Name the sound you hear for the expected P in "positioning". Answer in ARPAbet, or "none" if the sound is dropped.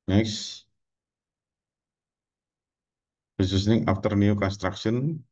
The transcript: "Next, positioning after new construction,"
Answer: B